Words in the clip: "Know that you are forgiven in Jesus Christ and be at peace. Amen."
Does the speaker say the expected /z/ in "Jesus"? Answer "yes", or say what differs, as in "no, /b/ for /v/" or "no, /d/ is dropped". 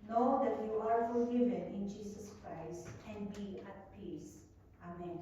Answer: no, /s/ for /z/